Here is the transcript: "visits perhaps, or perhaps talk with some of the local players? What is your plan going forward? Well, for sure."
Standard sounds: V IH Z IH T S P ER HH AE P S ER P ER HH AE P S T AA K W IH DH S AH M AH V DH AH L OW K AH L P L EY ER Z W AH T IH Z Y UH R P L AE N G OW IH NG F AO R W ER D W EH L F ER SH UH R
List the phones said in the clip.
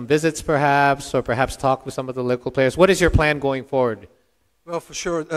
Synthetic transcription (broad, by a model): V IH Z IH T S P ER HH AE P S ER P ER HH AE P S T AA K W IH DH S AH M AH V DH AH L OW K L P L EY ER Z W AH T IH Z Y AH R P L AE N G OW IH NG F AO R W ER D W EH L F ER SH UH R